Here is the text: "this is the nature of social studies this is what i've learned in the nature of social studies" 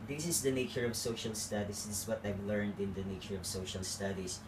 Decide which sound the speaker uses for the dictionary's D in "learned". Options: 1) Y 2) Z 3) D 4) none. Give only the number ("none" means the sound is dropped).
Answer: 3